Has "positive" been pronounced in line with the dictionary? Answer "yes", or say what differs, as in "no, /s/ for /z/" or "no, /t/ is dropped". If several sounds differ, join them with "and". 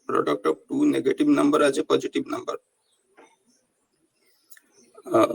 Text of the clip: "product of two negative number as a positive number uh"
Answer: no, /b/ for /v/